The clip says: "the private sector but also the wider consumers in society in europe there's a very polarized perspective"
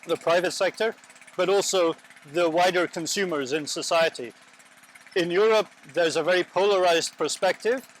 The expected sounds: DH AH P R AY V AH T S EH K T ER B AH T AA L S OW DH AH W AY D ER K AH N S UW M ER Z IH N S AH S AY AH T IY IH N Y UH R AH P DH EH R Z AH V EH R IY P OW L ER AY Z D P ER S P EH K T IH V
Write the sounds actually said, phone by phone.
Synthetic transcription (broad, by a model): DH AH P R AY V AH T S EH K T ER B AH T AA L S OW DH AH W AY D ER K AH N S UW M ER Z IH N S AH S AY AH T IY IH N Y UH R AH P DH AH R Z AH V EH R IY P OW L ER AY Z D P ER S P EH K T IH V